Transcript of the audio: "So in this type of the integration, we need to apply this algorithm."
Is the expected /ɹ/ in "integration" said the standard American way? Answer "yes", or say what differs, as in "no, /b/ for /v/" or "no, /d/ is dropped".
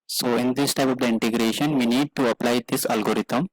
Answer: yes